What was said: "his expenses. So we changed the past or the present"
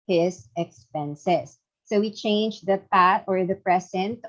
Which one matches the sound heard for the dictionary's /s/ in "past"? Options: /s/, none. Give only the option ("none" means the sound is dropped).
none